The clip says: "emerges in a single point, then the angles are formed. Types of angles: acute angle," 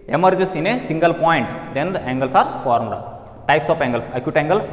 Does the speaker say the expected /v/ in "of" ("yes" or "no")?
no